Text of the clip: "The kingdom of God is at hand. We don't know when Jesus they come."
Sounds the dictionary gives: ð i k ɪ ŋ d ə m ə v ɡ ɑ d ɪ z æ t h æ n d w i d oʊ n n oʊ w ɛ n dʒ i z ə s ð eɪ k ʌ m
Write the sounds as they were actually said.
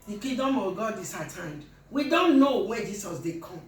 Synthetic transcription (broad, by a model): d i k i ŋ d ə m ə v ɡ ɑ d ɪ s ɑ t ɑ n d w i d oʊ n n oʊ w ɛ dʒ i s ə s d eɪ k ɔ m